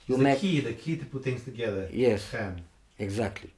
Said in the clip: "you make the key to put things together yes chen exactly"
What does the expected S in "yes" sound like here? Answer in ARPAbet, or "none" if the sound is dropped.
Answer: S